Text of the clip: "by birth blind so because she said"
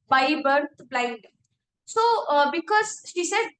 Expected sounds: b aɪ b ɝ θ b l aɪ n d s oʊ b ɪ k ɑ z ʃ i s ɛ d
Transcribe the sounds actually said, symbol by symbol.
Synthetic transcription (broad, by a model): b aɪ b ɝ t b l aɪ n d s oʊ b ɪ k ɑ z ʃ i s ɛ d